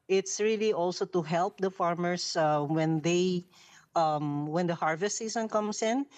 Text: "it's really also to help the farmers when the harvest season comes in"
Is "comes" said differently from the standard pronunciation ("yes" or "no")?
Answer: yes